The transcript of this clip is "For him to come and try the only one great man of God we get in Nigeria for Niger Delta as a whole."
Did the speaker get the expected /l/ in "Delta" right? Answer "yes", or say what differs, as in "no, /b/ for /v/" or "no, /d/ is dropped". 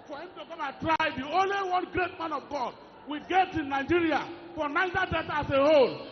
no, /l/ is dropped